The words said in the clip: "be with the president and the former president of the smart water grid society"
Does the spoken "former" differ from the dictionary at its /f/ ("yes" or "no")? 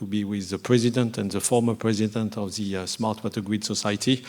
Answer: no